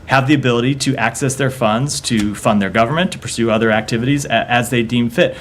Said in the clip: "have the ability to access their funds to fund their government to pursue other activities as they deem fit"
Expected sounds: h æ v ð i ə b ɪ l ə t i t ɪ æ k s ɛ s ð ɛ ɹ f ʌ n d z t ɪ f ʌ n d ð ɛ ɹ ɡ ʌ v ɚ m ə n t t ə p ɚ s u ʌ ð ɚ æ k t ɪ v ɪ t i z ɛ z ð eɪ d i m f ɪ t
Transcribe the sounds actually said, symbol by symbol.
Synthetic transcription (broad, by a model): h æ v ð i ə b ɪ l ə t i t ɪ æ k s ɛ s ð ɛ ɹ f ʌ n d z t ɪ f ʌ n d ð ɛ ɹ ɡ ʌ v ɚ m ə n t t ə p ɚ s u ʌ ð ɚ æ k t ɪ v ɪ t i z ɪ z ð eɪ d i m f ɪ t